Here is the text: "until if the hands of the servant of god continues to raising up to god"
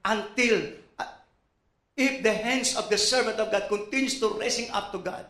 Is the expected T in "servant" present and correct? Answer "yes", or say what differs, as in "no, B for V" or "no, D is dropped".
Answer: yes